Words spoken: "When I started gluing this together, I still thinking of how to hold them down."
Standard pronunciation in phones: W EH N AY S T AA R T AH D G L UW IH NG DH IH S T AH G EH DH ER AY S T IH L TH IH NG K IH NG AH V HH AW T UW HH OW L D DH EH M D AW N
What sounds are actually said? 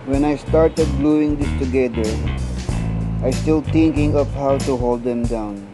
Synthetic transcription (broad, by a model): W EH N AY S T AA R T AH D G L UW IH NG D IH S T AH G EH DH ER AY S T IH L T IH NG K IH NG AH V HH AW T UW HH OW L D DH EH M D AW N